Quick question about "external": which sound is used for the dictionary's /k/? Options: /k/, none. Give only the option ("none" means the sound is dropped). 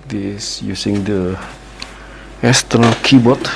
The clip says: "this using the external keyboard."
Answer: none